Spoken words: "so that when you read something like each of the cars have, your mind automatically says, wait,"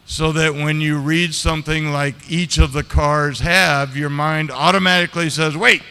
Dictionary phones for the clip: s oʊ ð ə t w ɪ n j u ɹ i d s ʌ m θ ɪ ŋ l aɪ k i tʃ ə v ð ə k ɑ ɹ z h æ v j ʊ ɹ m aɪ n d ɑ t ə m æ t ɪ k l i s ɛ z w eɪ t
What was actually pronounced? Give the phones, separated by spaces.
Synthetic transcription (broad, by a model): s oʊ ð ə t w ɪ n j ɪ ɹ i d s ʌ m θ ɪ ŋ l aɪ k i tʃ ə v ð ə k ɑ ɹ z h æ v j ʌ ɹ m aɪ n d ɑ t ə m æ t ɪ k l i s ɛ z w eɪ t